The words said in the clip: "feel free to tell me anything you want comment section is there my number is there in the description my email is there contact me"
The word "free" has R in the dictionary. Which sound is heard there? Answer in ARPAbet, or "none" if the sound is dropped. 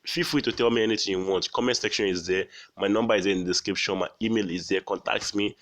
W